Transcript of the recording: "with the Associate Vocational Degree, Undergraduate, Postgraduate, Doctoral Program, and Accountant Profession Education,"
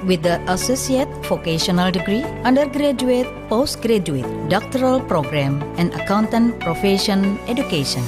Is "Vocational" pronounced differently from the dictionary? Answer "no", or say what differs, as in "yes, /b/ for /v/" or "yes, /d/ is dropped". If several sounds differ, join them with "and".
yes, /f/ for /v/